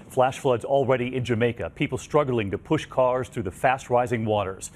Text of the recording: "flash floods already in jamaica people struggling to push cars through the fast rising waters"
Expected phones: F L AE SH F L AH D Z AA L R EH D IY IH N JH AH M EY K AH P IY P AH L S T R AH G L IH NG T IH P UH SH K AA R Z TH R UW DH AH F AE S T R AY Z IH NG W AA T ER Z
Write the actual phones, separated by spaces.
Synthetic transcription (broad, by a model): F L AE SH F L AH D Z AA L R EH D IY IH N JH AH M EY K AH P IY P L S T R AH G L IH NG T IH P UH SH K AA R Z TH R UW DH AH F AE S T R AY Z IH NG W AA T ER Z